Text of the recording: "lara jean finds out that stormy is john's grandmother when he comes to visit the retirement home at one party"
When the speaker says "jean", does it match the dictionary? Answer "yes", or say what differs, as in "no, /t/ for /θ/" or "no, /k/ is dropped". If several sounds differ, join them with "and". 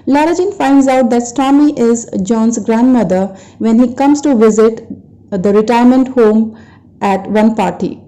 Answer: yes